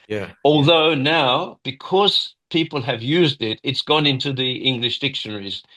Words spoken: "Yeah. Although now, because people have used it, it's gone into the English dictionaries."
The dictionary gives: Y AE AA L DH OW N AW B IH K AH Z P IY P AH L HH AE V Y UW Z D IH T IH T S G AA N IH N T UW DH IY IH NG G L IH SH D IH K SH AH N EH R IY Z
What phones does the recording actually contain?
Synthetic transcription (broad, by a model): Y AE AA L DH OW N AW B IH K AH Z P IY P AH L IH V Y UW Z D IH T IH T S G AA N IH N T UW DH IY IH NG G L IH SH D IH K SH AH N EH R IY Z